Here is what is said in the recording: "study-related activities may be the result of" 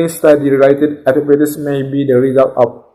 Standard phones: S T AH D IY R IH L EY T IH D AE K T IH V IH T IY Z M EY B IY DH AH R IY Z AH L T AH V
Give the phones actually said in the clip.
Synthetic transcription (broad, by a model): S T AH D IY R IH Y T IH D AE T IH P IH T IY S M EY B IY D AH R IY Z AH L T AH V